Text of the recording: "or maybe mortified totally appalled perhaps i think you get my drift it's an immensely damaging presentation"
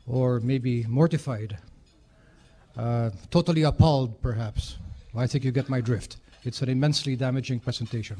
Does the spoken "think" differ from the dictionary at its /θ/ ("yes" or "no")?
no